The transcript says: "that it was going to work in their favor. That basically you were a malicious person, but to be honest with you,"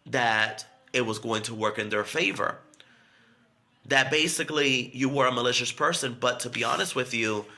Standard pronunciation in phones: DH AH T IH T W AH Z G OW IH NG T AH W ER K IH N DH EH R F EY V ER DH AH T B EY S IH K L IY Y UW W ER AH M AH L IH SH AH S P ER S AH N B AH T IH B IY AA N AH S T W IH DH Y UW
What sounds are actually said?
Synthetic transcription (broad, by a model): DH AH T IH T W AH Z G OW IH NG T AH W ER K IH N DH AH R F EY V ER DH AH T B EY S IH K L IY Y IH W ER AH M AH L IH SH AH S P ER S AH N B AH T IH B IY AA N AH S T W IH DH Y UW